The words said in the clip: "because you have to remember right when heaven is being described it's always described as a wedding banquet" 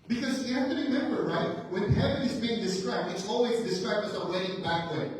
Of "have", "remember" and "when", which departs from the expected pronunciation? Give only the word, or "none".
have